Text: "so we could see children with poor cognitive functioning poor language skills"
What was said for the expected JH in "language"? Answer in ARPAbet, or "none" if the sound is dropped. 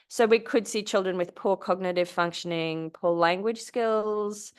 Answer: ZH